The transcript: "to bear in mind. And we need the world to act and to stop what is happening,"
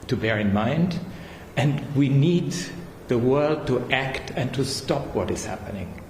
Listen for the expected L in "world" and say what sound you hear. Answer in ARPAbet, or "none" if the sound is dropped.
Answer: L